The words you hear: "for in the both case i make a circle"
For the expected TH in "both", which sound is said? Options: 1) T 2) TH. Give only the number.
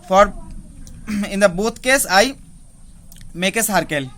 1